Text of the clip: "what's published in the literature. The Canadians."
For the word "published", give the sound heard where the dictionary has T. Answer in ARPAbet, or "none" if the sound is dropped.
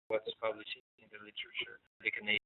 none